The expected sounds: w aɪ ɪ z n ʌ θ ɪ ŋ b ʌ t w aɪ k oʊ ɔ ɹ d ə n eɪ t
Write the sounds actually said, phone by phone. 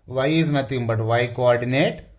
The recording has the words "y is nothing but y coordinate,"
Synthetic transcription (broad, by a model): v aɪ ɪ z n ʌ t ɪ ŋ b ʌ t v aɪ k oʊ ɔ ɹ d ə n eɪ t